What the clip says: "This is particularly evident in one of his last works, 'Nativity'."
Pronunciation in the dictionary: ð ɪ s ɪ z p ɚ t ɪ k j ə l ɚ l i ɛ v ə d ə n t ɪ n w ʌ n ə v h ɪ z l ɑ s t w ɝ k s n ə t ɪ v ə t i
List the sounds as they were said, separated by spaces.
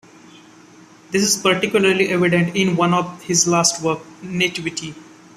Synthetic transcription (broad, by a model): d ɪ s ɪ z p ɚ t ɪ k j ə l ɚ l i ɛ v ə d ə n t ɪ n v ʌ n ə v h ɪ z l ɑ s t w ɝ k n ə t ɪ v ə t i